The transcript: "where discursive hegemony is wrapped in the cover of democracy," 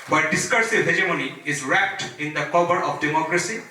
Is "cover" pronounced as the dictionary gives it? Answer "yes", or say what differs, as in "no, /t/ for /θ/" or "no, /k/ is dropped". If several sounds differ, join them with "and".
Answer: no, /b/ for /v/